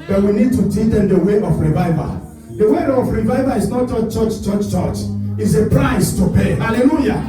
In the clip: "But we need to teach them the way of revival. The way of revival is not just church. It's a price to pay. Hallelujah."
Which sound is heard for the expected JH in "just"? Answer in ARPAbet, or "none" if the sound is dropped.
CH